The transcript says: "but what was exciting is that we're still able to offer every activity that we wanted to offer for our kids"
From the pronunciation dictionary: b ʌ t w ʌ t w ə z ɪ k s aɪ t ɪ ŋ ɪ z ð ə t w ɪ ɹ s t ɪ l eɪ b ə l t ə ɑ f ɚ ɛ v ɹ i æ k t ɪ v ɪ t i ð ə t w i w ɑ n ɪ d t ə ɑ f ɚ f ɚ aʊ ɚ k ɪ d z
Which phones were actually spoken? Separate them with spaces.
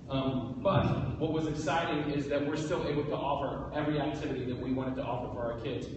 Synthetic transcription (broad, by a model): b ʌ t w ʌ t w ə z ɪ k s aɪ t ɪ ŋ ɪ z ð ə t w ɪ ɹ s t ɪ l eɪ b l t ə ɑ f ɚ ɛ v ɹ i æ k t ɪ v ɪ t i ð ə t w i w ɑ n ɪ d t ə ɑ f ɚ f ɚ aʊ ɚ k ɪ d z